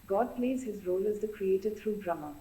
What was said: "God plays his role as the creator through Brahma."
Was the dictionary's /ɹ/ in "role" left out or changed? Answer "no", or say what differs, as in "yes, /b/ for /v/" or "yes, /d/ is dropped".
no